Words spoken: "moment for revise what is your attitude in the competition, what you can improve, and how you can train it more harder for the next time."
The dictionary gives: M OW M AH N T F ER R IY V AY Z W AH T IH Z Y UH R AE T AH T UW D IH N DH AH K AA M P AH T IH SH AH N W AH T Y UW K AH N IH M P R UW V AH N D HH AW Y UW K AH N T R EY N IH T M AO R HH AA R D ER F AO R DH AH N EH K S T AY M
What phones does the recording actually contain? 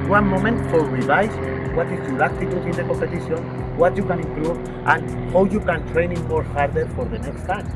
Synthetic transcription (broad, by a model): M OW M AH N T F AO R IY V AY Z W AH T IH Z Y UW L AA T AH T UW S IH N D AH K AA M P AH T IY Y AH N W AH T Y UW K AH N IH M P R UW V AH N HH AW Y UW K AH N T R EY N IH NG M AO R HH AA R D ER F AO R DH AH N EH K S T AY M